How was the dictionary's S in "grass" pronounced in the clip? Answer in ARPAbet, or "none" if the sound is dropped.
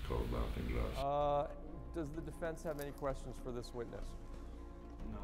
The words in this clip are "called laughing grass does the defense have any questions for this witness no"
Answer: none